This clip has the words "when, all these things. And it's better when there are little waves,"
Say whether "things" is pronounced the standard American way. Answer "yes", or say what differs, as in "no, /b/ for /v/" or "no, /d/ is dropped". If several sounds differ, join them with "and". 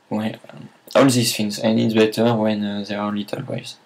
no, /f/ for /θ/